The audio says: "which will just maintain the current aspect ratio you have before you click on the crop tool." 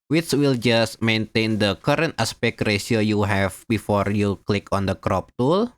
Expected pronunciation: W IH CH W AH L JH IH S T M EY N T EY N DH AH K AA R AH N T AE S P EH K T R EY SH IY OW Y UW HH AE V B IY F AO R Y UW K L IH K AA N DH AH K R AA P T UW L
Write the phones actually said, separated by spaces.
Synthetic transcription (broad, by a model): W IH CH W AH L JH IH S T M EY N T EY N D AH K AA R AH N T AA S P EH K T R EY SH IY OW Y UW HH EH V B IY F AO R Y UW K L IH K AA N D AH K R AA P T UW L